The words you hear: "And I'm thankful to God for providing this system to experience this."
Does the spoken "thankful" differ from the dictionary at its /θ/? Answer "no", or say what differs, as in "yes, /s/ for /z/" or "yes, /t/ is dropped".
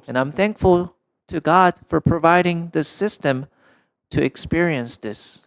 no